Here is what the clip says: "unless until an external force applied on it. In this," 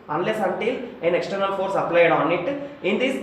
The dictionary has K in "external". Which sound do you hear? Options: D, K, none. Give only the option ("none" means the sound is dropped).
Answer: K